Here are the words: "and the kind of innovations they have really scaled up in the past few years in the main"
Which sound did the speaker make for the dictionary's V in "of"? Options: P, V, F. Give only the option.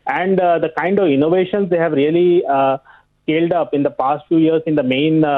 V